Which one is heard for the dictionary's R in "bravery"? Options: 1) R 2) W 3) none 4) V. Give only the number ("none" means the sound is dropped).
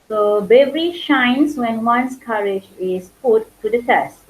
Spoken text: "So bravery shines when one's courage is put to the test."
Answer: 3